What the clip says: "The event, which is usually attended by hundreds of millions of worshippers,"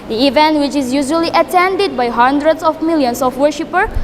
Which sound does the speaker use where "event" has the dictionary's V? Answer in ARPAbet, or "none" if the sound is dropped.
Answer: V